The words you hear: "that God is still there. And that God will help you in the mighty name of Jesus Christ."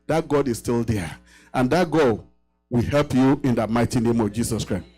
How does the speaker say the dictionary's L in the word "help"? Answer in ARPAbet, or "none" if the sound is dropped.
L